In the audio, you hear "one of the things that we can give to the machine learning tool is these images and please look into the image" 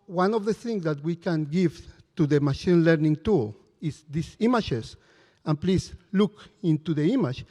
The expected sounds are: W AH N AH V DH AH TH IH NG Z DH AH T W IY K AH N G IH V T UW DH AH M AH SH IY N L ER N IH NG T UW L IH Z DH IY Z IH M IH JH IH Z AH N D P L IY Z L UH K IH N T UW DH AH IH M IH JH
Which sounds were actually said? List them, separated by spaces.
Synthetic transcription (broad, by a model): W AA N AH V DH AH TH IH NG S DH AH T W IY K AH N G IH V T UW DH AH M AH SH IY N L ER N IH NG T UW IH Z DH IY S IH M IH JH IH S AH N P L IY S L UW K IH N T UW DH AH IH M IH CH